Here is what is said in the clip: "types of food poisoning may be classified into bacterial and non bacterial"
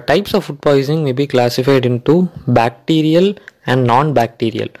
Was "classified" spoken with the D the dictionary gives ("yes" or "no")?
yes